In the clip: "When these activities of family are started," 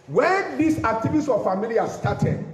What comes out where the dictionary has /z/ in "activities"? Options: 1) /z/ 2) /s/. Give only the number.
2